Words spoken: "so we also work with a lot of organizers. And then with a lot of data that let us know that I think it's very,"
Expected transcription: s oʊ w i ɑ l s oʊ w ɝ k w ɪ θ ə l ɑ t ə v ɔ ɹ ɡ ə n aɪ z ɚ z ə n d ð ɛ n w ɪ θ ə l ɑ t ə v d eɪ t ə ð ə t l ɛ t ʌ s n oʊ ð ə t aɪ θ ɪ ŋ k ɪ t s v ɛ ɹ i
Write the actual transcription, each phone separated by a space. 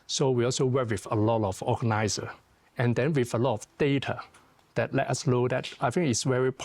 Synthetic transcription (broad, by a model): s oʊ w i ɑ l s oʊ w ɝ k w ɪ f ə l ɑ t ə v ɔ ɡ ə n aɪ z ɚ ə n d ɛ n w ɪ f ə l ɑ t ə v d eɪ t ə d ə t l ɛ t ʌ s l oʊ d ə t aɪ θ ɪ ŋ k ɪ t s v ɛ ɹ i